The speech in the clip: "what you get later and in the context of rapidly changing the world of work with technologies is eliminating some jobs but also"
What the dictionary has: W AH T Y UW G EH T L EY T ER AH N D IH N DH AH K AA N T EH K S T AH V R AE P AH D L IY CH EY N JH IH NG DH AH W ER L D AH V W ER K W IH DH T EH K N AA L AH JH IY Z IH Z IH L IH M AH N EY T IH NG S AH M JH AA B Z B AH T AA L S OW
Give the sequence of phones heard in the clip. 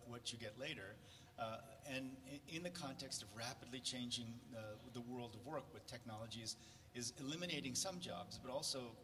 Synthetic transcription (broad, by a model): W AH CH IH G EH T L EY T ER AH N IH N DH AH K AA N T EH K S T AH V R AE P AH D L IY CH EY N JH IH NG DH AH W ER L D AH V W ER K W IH DH T EH K N AA L AH JH IY Z IH Z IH L IH M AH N EY T IH NG S AH M JH AA B Z B AH T AA L S OW